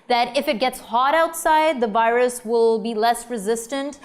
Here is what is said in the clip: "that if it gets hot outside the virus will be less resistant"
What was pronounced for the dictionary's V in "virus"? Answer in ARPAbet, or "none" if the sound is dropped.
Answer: V